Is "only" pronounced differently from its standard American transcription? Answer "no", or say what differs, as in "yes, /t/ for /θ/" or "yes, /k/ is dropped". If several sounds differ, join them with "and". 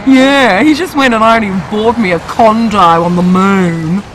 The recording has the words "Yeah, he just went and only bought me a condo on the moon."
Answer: yes, /l/ is dropped